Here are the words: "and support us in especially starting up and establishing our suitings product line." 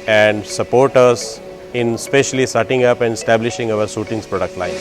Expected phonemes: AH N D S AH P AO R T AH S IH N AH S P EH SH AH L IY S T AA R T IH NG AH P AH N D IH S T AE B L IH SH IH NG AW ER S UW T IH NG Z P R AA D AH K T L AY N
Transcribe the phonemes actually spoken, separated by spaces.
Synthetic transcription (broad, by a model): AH N D S AH P AO R T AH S IH N S P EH SH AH L IY S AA T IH NG AH P AH N D IH S T AE B L IH SH IH NG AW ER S UW T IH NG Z P R AA D AH K T L AY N